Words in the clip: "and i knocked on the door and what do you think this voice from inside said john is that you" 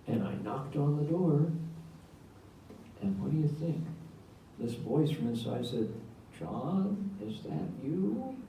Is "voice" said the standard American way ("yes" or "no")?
yes